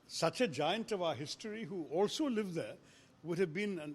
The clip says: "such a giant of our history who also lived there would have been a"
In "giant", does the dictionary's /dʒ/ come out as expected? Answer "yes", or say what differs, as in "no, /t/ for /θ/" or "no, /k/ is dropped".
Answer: yes